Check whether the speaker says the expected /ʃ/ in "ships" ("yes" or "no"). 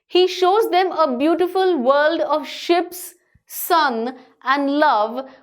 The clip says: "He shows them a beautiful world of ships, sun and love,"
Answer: yes